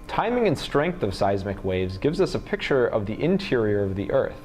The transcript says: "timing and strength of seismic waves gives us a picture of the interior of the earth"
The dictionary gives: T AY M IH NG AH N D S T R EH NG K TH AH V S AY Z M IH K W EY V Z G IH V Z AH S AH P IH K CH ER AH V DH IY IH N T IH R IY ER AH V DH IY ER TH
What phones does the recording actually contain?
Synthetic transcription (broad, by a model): T AY M IH NG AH N S T R EH NG K TH AH V S AY Z M IH K W EY V Z G IH V Z AH S AH P IH K CH ER AH V DH IY IH N T IH R IY ER AH V DH IY ER TH